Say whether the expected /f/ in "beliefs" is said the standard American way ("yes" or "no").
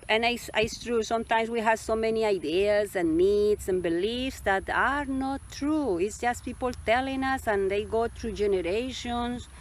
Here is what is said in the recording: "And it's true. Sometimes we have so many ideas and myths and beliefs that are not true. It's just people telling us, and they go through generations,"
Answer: yes